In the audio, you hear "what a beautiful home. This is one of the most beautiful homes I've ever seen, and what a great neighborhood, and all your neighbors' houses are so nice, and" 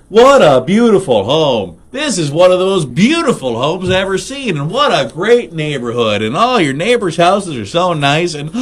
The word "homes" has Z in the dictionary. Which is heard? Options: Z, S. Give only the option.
Z